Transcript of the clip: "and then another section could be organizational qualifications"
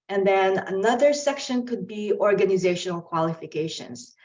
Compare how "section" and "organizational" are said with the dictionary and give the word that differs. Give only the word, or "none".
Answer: none